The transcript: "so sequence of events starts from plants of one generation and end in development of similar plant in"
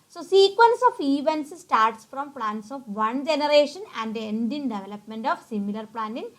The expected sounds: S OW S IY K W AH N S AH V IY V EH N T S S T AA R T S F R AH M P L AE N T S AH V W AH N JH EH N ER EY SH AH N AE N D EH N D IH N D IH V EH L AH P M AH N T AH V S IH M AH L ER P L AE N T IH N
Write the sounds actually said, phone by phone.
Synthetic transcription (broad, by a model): S OW S IY K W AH N S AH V IY V EH N T S S T AA R T S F R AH M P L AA N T S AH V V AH N JH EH N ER EY SH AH N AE N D EH N D IH N D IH V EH L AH P M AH N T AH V S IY M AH L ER P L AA N IH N